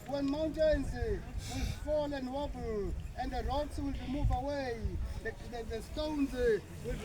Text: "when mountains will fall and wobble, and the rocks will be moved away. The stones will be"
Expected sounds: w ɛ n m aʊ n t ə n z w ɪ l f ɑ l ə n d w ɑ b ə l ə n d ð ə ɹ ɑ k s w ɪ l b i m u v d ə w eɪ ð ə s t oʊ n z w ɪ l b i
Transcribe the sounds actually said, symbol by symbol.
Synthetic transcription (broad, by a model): w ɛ n m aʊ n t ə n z w ɪ l f ɑ l ə n d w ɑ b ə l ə n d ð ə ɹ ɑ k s w ɪ l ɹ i m u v ə w eɪ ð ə s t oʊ n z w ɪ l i